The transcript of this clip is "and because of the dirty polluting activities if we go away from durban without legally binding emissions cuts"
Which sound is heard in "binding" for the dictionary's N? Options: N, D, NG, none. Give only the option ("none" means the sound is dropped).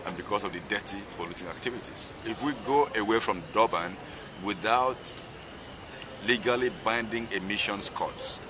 N